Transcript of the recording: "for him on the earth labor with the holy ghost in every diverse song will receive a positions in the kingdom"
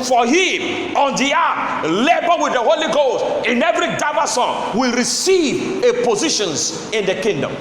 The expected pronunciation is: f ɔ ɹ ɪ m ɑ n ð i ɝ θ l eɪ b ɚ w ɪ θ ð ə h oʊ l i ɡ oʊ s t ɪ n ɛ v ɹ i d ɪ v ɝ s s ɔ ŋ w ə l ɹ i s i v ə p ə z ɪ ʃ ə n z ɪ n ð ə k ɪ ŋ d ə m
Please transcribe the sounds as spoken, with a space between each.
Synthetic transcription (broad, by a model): f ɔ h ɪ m ɑ n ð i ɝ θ l eɪ b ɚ w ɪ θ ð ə h oʊ l i ɡ oʊ s t ɪ n ɛ v ɹ i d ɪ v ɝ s s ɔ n w ə l ɹ i s i v ə p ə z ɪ ʃ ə n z ɪ n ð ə k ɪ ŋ d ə m